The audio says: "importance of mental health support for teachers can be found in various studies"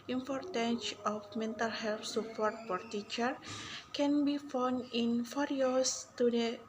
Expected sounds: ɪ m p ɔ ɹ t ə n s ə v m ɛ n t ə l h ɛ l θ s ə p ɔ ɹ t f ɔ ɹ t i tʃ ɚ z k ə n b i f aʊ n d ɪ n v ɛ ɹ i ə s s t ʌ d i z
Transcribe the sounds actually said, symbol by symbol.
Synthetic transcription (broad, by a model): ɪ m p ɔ ɹ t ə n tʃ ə f m ɛ n t ə l h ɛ l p s ə p ɔ ɹ t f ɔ ɹ t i tʃ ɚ k ə n b i f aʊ n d ɪ n f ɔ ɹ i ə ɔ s t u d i